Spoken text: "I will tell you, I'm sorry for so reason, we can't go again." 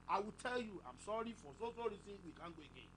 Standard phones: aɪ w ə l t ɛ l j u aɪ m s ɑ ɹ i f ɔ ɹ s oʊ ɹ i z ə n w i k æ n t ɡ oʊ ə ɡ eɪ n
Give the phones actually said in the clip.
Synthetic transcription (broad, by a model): aɪ w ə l t ɛ l j u aɪ m s ɑ ɹ i f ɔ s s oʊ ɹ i s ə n w i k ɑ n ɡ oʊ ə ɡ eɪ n